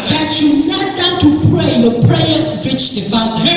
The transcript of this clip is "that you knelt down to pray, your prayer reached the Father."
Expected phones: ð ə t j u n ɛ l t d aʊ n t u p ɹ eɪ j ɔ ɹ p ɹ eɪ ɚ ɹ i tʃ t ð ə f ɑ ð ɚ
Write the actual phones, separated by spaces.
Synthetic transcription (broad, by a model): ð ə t j u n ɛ t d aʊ t u p ɹ eɪ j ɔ p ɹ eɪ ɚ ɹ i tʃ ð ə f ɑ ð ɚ